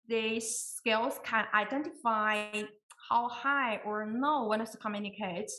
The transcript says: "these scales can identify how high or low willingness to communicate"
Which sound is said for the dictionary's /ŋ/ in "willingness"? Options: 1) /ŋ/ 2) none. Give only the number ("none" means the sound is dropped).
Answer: 2